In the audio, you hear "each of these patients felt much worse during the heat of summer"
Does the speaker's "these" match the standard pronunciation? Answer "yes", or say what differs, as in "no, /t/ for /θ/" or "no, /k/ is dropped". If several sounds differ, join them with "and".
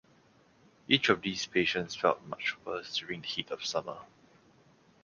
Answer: no, /s/ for /z/